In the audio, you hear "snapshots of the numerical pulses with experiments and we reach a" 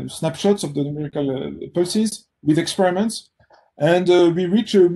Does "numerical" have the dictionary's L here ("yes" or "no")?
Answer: yes